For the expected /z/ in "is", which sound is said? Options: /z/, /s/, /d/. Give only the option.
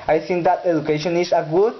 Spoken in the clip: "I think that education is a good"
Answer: /s/